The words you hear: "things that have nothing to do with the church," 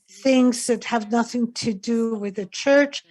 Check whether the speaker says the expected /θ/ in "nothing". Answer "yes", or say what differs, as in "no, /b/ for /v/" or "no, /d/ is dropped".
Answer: yes